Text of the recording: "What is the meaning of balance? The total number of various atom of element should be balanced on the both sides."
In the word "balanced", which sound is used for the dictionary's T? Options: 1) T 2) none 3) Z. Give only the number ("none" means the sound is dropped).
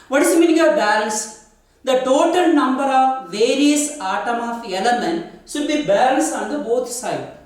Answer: 2